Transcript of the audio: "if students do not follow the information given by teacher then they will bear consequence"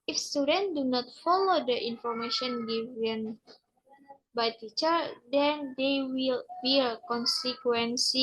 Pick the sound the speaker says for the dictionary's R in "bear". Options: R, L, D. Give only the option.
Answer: L